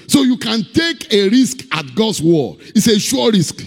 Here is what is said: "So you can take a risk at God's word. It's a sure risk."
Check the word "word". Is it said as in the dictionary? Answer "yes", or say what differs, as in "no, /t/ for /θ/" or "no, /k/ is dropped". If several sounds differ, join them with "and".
no, /d/ is dropped